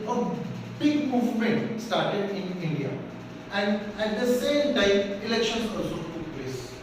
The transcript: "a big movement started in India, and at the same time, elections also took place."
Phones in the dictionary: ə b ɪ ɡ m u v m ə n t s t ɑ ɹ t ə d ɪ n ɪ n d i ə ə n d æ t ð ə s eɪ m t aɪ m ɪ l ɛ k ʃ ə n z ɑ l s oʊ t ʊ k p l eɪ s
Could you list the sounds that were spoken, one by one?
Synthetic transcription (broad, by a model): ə b ɪ ɡ m u v m ə n t s t ɑ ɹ t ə d ɪ n ɪ n d i ə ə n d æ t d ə s eɪ m t aɪ m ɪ l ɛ k ʃ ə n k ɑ s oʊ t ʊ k p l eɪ s